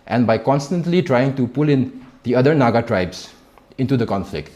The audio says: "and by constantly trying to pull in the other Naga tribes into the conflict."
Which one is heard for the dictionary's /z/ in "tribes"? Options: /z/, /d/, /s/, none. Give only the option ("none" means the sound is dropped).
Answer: /s/